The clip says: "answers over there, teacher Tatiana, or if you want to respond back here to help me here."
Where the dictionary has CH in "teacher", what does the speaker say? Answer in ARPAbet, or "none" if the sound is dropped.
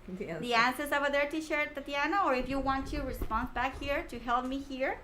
SH